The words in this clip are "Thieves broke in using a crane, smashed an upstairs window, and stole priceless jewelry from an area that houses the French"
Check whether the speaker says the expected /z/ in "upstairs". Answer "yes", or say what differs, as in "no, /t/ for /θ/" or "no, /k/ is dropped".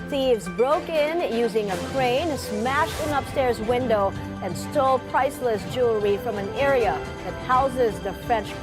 yes